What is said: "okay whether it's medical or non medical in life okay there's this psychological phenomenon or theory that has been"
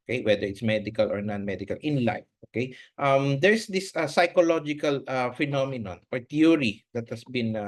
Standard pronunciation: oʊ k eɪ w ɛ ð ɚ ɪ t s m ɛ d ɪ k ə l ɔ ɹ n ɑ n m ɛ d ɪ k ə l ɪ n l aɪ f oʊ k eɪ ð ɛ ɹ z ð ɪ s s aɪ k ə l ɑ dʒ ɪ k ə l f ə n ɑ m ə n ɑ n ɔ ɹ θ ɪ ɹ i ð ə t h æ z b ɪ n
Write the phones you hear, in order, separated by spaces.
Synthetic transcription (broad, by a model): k eɪ w ɛ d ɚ ɪ t s m ɛ d ɪ k ə l ɔ ɹ n ɑ n m ɛ d ɪ k ə l ɪ n l aɪ f oʊ k eɪ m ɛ ɹ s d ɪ s s aɪ k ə l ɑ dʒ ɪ k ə l f ə n ɑ m ə n ɑ n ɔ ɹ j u ɹ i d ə t h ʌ s b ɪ n